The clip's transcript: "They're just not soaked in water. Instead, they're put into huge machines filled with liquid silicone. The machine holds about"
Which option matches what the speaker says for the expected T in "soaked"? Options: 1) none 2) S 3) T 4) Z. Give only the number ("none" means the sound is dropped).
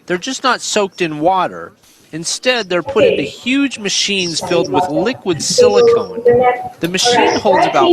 3